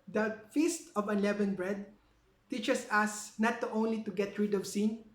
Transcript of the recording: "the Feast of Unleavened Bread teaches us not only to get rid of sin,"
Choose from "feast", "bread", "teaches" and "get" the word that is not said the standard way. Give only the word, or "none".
teaches